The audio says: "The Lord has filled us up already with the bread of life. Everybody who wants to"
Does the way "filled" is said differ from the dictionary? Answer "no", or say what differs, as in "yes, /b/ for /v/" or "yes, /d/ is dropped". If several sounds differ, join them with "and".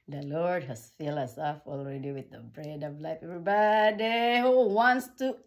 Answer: yes, /d/ is dropped